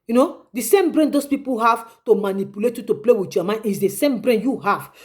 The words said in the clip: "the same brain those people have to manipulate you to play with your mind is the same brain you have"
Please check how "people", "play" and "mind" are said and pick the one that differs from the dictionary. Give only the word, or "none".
mind